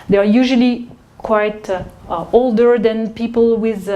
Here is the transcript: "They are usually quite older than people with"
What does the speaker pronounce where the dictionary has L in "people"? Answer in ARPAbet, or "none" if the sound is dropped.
L